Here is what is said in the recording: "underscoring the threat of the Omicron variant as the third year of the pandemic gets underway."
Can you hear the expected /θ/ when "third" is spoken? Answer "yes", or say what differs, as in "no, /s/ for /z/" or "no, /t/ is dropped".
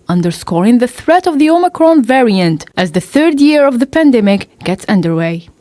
yes